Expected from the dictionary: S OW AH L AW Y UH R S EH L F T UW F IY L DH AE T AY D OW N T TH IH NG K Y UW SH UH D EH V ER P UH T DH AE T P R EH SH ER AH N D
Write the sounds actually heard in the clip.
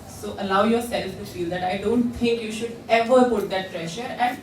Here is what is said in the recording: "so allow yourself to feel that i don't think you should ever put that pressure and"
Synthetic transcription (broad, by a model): S OW AH L AW Y UH R S EH L F T UW F IY L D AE T AY D OW N T T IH NG K Y UW SH UH D EH V ER P UH T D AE T P R EH SH ER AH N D